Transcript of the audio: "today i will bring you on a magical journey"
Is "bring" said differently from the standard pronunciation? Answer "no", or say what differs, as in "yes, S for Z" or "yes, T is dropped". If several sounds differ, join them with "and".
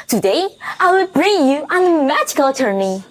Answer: no